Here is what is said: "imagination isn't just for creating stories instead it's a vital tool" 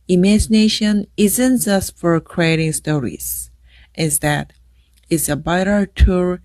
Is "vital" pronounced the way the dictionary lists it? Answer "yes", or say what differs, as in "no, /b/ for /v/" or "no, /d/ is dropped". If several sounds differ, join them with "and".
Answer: no, /b/ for /v/